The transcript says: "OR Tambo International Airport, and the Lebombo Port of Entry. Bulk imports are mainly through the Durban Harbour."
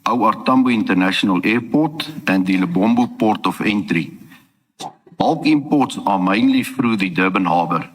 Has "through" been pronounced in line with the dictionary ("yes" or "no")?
no